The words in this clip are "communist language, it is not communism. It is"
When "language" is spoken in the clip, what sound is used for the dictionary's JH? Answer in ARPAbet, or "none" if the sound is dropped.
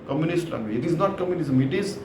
none